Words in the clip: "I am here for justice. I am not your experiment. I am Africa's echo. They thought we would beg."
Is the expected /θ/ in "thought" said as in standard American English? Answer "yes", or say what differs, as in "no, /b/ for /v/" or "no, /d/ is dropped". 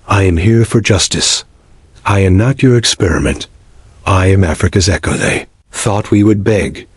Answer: yes